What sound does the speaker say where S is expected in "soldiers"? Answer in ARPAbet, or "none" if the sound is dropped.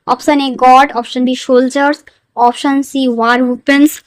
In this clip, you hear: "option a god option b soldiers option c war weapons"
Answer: SH